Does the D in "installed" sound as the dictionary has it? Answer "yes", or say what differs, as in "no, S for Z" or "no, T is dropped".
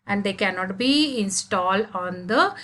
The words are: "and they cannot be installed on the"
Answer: yes